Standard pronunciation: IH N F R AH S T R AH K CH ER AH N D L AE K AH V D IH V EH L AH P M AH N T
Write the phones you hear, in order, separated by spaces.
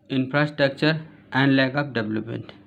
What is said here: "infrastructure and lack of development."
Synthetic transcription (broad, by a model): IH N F R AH S T R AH K CH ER AH N D L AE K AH P D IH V L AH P M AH N T